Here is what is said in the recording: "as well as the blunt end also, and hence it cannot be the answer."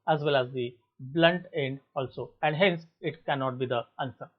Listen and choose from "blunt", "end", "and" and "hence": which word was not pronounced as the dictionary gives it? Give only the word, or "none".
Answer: none